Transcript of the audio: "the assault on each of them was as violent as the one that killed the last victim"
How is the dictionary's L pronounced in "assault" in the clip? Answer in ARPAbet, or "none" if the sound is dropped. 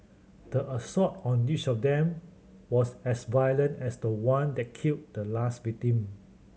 none